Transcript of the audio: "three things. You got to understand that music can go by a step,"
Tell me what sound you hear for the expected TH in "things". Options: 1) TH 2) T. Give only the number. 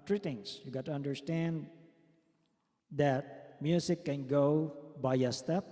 2